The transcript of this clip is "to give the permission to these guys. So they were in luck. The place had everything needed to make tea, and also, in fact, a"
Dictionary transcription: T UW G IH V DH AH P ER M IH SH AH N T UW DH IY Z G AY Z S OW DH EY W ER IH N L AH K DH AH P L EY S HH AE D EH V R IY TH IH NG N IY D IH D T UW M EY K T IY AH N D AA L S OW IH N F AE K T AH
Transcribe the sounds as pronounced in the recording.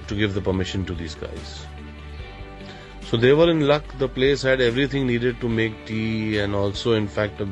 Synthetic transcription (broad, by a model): T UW G IH V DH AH P ER M IH SH AH N T UW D IY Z G AY Z S OW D EY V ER IH N L AH K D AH P L EY S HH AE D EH V R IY T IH NG N IY D IH D T UW M EY K T IY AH N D AA L S OW IH N F AE K T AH